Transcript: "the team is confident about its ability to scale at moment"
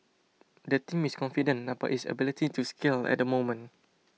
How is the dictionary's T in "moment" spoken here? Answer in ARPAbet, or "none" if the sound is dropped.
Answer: none